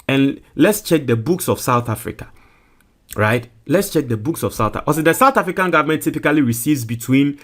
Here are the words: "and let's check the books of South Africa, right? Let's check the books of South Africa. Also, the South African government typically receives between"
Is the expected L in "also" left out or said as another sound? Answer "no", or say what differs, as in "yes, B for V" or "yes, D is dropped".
yes, L is dropped